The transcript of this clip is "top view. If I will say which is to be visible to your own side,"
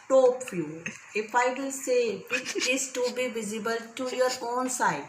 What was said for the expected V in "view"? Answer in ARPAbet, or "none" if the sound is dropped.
F